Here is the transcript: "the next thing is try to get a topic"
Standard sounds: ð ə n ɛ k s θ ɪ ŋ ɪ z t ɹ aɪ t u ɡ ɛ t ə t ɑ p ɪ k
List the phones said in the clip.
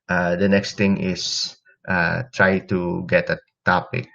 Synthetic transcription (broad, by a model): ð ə n ɛ k s t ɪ ŋ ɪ s t ɹ aɪ t u ɡ ɛ t ə t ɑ p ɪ k